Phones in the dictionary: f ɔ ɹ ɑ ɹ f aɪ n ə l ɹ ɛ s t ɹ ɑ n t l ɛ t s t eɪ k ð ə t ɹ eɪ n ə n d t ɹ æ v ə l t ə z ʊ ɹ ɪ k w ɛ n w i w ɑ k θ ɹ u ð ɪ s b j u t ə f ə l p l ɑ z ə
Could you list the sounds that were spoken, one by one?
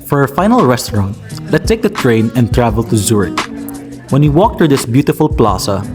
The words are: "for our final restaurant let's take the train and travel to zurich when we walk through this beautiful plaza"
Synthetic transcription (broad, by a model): f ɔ ɹ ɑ f aɪ n ə l ɹ ɛ s t ɹ ɑ n t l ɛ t t eɪ k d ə t ɹ eɪ n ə n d t ɹ æ v ə l t ə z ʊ ɹ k w ɛ n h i w ɑ k t ɹ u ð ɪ s b j u t ə f ə l p l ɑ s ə